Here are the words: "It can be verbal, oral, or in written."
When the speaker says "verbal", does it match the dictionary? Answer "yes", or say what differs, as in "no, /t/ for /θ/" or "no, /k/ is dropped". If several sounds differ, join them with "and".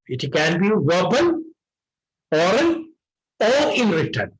no, /n/ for /l/